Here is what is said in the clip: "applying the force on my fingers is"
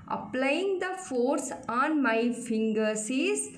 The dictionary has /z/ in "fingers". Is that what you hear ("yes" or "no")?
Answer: no